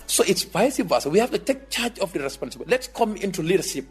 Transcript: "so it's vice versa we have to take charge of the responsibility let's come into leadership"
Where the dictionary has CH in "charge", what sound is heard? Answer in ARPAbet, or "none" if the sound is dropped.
CH